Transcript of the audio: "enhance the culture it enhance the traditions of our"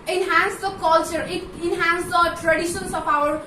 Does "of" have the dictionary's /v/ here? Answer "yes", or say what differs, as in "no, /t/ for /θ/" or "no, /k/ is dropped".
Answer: no, /p/ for /v/